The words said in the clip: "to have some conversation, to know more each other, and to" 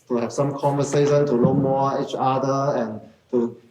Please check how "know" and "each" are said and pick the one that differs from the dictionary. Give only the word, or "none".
know